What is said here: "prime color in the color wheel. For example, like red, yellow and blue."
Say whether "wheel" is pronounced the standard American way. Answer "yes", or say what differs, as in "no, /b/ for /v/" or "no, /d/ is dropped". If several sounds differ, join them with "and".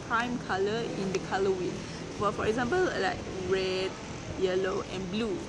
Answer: no, /n/ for /l/